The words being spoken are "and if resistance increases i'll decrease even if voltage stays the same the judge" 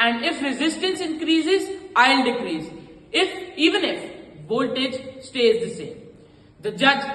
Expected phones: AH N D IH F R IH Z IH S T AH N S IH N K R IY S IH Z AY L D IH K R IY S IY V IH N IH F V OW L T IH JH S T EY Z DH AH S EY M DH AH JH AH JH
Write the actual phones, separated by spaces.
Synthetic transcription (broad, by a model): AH N D IH F R IH Z IH S T AH N S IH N K R IY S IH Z AY L D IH K R IY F IY V IH N IH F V OW L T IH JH S T EY Z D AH S EY M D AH JH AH JH